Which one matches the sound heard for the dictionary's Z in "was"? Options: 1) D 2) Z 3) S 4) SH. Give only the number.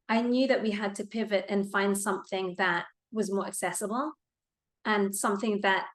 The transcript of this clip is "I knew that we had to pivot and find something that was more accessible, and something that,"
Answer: 2